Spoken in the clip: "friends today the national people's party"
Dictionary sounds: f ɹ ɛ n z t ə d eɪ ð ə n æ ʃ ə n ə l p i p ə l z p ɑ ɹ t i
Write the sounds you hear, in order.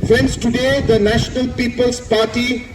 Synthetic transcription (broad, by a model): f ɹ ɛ n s t ə d eɪ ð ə n æ ʃ ə n ə l p i p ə l s p ɑ t i